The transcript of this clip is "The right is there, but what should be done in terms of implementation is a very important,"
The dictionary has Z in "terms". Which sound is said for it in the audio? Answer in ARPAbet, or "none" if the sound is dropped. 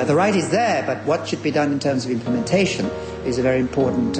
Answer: Z